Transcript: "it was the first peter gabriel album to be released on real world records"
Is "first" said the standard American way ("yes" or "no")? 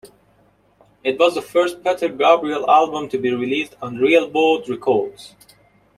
yes